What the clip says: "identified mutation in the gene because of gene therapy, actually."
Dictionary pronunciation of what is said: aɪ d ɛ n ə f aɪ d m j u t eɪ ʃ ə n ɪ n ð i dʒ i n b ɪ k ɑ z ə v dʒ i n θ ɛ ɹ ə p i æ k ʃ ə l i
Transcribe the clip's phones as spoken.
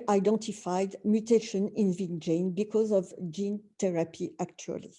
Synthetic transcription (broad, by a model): aɪ d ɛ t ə f aɪ d m j u t eɪ ʃ ə n ɪ n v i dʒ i n b ɪ k ɑ z ə v dʒ i n t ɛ ɹ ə p i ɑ k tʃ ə l i